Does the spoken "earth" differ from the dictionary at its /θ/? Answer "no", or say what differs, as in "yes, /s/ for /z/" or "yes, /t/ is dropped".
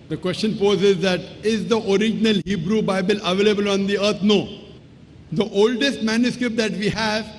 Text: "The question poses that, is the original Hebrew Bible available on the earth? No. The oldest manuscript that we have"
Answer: yes, /t/ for /θ/